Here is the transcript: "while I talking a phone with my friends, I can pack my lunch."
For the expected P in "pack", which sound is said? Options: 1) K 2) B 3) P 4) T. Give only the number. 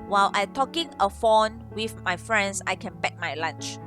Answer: 2